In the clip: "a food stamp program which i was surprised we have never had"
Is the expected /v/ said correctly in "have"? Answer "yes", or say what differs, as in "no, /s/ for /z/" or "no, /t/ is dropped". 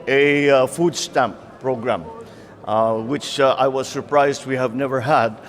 yes